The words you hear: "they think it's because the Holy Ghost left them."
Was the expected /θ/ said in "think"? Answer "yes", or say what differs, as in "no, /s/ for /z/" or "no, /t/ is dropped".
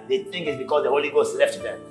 no, /t/ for /θ/